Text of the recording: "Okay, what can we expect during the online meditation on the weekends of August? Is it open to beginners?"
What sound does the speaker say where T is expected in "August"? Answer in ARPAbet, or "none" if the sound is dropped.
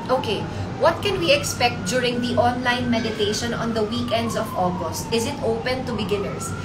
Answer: T